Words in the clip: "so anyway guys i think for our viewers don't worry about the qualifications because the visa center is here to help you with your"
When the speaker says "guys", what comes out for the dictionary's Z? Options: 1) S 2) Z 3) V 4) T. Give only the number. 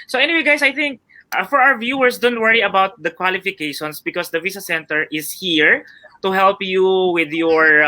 1